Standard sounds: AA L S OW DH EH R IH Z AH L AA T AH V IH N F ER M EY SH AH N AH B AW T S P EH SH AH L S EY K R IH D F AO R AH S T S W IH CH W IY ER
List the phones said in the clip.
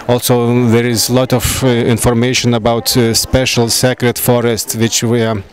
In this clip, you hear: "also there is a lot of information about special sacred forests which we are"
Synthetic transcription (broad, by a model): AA L S OW DH EH R IH Z L AA T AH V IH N F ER M EY SH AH N AH B AW T S P EH SH AH L S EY K R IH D F AO R AH S T S W IH CH W IY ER